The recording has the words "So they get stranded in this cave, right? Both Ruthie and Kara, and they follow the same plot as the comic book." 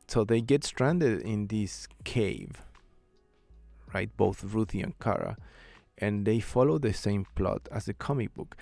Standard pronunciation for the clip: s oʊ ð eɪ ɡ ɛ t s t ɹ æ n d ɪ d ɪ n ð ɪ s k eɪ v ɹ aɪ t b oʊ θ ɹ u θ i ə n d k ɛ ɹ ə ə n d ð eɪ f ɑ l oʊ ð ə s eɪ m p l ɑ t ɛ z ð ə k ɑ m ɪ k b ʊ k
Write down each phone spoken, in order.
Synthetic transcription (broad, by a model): s oʊ ð eɪ ɡ ɛ t s t ɹ æ n d ɪ d ɪ n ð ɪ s k eɪ v ɹ aɪ t b oʊ θ ɹ u θ i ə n k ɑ ɹ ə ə n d ð eɪ f ɑ l oʊ ð ə s eɪ m p l ɑ t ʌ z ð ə k ɑ m ɪ k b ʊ k